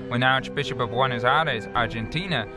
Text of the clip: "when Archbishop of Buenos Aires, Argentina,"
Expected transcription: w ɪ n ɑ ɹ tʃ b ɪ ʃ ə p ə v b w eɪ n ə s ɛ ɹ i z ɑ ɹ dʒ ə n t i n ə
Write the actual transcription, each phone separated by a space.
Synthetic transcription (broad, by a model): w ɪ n ɑ ɹ tʃ b ɪ ʃ ə p ə v w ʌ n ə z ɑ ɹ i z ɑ ɹ dʒ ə n t i n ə